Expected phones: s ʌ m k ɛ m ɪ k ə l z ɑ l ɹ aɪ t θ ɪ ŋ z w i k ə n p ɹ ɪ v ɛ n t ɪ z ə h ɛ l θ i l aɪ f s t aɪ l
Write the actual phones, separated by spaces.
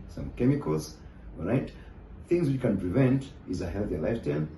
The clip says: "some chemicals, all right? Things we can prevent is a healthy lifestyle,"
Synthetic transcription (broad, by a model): s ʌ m k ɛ m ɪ k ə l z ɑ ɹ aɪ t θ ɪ ŋ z w i k ə n p ɹ ɪ v ɛ n t ɪ z ə h ɛ l θ i l aɪ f t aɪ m